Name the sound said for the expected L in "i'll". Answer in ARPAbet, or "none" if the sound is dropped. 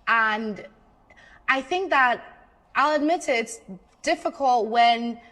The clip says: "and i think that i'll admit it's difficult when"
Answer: L